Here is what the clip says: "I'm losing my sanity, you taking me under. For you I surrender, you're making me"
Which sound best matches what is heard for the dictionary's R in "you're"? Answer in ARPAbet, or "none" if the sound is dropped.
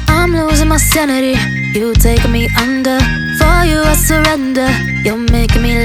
L